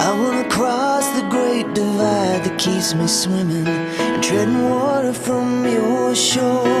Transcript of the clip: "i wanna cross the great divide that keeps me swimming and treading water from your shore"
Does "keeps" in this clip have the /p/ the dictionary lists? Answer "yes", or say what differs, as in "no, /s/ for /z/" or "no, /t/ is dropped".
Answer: no, /p/ is dropped